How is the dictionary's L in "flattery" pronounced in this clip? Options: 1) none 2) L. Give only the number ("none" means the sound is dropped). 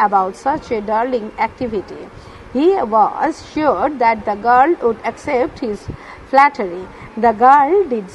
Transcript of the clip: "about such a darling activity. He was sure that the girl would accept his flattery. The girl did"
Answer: 2